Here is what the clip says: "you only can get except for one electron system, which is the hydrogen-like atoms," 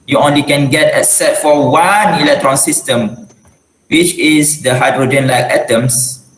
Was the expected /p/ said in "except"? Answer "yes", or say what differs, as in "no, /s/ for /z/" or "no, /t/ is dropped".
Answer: no, /p/ is dropped